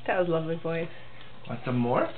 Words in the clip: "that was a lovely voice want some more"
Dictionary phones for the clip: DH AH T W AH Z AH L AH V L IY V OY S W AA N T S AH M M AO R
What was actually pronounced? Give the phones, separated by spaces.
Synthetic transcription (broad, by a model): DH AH T W AH Z L AH V L IY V OY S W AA T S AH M M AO R